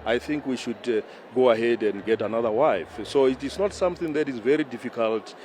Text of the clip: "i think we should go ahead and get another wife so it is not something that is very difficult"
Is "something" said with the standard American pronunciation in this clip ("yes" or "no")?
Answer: yes